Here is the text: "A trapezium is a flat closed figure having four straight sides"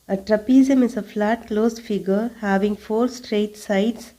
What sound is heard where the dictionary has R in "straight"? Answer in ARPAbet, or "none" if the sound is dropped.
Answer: R